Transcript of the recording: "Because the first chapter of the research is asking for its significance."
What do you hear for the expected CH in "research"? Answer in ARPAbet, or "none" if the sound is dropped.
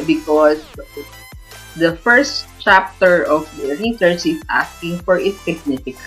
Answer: S